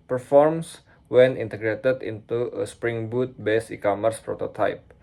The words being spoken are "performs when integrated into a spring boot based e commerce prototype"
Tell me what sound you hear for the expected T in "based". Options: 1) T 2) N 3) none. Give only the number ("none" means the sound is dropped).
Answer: 3